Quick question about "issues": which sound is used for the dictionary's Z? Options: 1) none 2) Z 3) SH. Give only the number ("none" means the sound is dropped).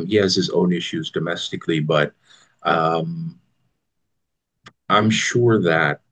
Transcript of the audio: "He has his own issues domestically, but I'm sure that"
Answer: 2